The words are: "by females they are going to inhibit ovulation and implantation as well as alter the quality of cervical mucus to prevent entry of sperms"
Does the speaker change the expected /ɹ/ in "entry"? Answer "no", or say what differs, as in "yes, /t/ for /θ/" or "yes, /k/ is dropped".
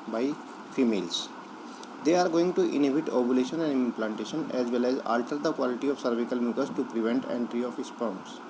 no